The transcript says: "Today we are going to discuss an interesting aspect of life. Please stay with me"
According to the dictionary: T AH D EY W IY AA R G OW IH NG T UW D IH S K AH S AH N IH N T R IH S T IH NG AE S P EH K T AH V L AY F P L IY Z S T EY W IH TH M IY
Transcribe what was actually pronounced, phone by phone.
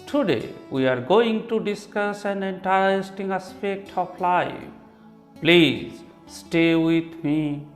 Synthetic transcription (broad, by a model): T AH D EY W IY AA R G OW IH NG T UW D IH S K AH S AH N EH N T IH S T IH NG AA S P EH K T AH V L AY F P L IY Z S T EY W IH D M IY